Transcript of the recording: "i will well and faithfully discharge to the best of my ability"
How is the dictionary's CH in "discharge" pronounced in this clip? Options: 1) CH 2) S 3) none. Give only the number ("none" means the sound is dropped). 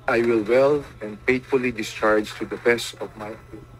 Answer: 1